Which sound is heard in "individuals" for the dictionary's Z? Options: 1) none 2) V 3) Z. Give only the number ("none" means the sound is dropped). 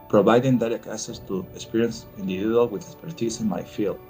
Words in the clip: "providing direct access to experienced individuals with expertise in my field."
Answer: 1